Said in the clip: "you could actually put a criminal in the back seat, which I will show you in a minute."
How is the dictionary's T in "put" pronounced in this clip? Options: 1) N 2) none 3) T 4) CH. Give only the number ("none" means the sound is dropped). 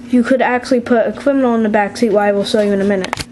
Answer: 3